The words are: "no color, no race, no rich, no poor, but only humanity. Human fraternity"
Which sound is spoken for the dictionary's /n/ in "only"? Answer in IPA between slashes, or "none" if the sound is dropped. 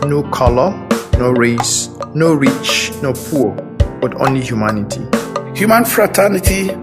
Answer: /n/